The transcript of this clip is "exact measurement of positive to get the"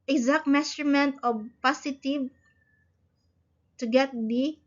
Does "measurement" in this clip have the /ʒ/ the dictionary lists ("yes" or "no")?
no